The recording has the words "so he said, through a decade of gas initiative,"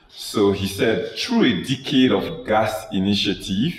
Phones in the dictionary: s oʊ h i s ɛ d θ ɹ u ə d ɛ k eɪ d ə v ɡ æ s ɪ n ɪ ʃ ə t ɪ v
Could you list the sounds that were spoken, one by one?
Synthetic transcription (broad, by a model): s oʊ h i s ɛ d t ɹ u ə d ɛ k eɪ d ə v ɡ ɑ s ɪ n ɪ ʃ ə t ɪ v